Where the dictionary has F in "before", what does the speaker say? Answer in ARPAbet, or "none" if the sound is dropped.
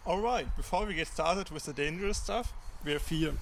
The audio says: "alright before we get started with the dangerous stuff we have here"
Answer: F